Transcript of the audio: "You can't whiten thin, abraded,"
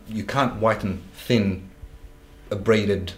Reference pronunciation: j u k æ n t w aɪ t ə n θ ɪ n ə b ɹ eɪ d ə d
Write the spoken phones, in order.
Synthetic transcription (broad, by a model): j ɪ k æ n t w aɪ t n θ ɪ n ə b ɹ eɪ d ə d